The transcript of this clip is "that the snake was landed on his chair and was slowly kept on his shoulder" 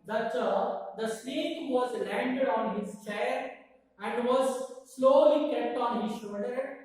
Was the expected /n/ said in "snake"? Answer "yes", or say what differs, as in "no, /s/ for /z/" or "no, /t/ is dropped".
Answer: no, /l/ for /n/